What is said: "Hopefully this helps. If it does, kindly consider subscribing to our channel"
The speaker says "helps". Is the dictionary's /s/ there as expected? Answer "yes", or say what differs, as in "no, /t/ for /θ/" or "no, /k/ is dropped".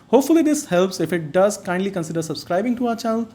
yes